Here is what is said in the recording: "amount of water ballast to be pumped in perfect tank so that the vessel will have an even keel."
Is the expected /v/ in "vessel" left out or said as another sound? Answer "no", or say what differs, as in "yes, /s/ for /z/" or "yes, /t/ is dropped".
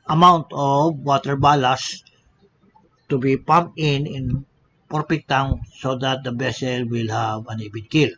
yes, /b/ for /v/